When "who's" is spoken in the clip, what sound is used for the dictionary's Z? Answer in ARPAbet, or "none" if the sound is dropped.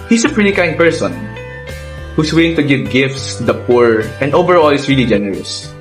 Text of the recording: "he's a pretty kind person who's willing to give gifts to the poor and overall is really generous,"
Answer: S